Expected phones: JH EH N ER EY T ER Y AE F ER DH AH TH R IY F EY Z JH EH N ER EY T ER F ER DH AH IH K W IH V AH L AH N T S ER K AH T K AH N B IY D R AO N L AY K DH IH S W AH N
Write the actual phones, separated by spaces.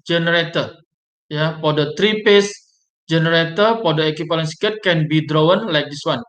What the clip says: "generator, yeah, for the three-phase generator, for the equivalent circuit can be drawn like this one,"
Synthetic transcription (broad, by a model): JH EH N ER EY T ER Y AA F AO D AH T R IY P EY S JH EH N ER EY T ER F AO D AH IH K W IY P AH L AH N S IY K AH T K AH N B IY D R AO N L AY K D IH S W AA N